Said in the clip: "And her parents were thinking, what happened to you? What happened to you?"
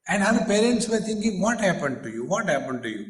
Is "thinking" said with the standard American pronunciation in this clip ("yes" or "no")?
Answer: no